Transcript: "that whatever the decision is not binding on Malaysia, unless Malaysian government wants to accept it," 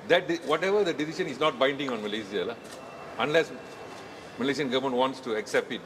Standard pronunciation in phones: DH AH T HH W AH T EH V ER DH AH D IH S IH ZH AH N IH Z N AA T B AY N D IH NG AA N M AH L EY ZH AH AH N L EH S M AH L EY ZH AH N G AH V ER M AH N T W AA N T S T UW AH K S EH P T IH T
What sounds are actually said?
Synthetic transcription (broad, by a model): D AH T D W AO T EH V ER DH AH D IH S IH SH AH N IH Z N AA T B AY N D IH NG AA N M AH L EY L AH AH N L EH S M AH L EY SH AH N G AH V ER M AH N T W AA N T S T UW AH K S EH P T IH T